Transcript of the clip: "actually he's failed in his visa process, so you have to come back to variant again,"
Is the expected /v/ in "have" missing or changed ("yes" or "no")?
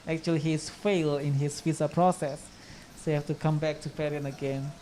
yes